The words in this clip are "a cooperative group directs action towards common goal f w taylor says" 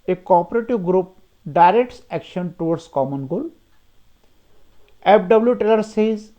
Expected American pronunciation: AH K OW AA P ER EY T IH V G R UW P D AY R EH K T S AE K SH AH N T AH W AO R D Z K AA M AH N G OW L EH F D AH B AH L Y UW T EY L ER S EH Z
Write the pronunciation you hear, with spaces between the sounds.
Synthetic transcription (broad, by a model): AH K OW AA P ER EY T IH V G R UW P D AY R EH K T S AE K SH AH N T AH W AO R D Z K AA M AH N G OW L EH P D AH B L Y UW T EY L ER S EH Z